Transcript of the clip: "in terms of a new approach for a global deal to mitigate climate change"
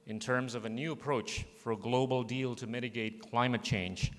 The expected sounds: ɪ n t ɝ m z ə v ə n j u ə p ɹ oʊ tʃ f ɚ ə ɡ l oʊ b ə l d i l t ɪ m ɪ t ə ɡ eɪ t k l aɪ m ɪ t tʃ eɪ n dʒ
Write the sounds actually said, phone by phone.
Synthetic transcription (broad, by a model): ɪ n t ɝ m z ə v ə n j u ə p ɹ oʊ tʃ f ɚ ə ɡ l oʊ b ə l d i l t ɪ m ɪ t ə ɡ eɪ t k l aɪ m ɪ t tʃ eɪ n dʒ